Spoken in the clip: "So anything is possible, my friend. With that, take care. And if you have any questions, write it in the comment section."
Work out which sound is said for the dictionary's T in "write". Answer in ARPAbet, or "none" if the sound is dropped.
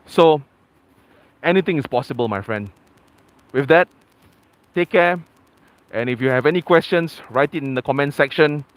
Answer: T